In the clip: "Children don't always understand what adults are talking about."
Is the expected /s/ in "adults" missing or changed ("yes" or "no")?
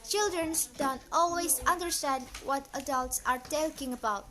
no